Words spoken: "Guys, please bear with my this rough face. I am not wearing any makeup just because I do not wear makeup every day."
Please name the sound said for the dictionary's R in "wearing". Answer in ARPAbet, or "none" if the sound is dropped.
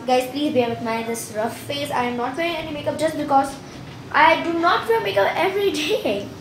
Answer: none